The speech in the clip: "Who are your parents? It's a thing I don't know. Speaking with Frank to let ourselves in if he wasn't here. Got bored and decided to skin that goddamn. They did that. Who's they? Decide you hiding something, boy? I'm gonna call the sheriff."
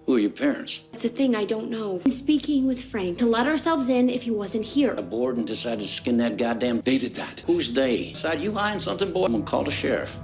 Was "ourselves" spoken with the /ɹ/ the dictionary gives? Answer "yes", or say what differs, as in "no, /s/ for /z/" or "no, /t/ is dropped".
yes